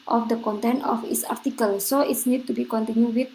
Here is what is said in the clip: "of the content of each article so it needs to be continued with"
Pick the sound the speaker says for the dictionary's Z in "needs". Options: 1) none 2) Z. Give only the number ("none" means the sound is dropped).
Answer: 1